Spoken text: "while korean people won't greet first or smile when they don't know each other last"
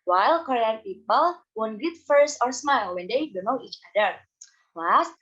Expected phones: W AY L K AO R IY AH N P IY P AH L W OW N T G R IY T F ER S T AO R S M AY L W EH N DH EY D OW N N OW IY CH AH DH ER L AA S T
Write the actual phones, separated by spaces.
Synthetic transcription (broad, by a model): W AY L K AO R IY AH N P IY P AH L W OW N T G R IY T F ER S AO R S M AY L W EH N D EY D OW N N OW IY CH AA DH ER L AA S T